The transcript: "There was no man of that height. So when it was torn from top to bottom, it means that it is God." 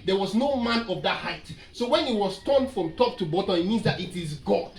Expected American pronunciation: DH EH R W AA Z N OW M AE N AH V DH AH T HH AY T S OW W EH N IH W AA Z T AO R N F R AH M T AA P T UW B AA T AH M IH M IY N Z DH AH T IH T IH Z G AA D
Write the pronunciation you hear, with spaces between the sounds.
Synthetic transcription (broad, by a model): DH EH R W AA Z N OW M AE N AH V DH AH T HH AY T S OW W EH N IH W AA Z T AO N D F R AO M T AA P T UW B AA T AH IH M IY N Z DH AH T IH T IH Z G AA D